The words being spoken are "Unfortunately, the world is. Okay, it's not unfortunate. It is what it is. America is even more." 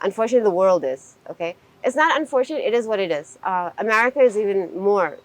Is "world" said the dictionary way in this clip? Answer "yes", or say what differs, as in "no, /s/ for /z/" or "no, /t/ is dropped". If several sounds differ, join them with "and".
yes